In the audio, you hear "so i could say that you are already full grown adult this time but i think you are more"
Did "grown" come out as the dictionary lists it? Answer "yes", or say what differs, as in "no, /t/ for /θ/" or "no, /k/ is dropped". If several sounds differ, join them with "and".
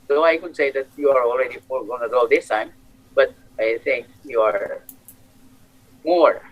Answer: no, /ɹ/ is dropped and /n/ is dropped